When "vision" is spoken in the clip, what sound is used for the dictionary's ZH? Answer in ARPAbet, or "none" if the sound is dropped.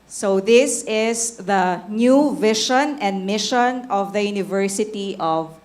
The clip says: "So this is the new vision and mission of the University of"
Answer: SH